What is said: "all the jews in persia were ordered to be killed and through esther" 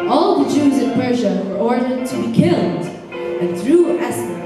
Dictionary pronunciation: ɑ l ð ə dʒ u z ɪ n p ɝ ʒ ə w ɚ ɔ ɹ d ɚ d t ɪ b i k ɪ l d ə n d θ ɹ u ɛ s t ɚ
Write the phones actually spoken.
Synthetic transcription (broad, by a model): ɑ l ð ə dʒ u z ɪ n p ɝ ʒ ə w ɚ ɔ ɹ d ɚ d t ɪ b i k ɪ l d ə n θ ɹ u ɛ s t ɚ